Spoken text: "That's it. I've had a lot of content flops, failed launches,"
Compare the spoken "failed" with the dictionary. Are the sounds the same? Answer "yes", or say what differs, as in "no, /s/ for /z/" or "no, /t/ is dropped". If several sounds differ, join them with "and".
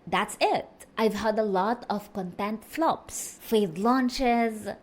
no, /l/ is dropped